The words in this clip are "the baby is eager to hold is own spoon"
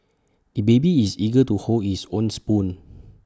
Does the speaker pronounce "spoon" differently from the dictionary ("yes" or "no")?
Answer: no